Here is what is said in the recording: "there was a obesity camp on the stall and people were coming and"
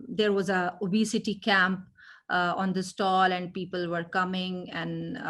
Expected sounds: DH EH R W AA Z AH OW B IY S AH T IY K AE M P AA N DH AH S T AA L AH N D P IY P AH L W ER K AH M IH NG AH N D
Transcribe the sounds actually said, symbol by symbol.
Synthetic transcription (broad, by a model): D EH R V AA Z AH OW B IY S AH T IY K AE M P AA N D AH S T AA L AH N D P IY P AH L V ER K AH M IH NG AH N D